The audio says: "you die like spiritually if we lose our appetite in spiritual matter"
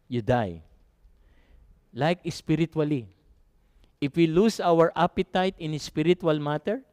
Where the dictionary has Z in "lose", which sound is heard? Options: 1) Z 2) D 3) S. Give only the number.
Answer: 3